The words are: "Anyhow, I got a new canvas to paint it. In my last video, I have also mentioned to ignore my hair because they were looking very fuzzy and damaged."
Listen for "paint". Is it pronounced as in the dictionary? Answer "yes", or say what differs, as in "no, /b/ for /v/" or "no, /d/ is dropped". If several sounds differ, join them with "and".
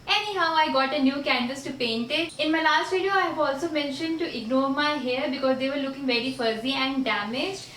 yes